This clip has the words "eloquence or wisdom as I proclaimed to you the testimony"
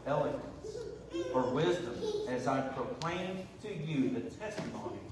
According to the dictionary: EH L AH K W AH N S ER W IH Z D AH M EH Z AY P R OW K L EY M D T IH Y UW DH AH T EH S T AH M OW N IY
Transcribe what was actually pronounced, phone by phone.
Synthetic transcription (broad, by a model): EH L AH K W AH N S ER W IH Z D AH M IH Z AY P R OW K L EY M T IH Y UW DH AH T EH S T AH M OW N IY